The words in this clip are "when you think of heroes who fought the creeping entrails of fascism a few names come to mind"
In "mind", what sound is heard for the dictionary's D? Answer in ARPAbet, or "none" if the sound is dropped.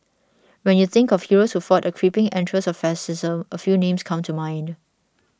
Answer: D